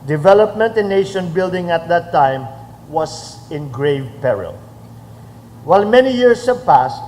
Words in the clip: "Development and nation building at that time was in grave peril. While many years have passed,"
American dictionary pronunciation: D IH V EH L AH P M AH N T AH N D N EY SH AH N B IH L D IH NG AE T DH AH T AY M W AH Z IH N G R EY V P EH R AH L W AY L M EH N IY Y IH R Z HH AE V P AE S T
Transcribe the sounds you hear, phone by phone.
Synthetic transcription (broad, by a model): D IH V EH L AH P M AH N T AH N N EY SH AH N B IH L D IH NG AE T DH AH T AY M W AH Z IH N G R EY V P EH R AH L W AY L M EH N IY Y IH R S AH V P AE S T